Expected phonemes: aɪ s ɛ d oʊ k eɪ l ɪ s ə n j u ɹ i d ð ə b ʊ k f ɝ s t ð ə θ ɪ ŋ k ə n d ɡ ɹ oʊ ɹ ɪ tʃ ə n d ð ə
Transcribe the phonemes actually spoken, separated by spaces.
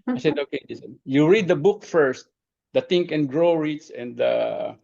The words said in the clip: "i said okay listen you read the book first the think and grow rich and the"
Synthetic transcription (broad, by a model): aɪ s ɛ d oʊ k eɪ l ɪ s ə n j u ɹ i d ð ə b ʊ k f ɝ s t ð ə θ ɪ ŋ k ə n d ɡ ɹ oʊ ɹ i s ə n d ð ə